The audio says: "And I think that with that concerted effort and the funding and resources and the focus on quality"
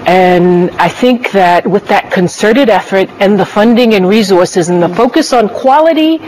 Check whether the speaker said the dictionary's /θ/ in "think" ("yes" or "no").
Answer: yes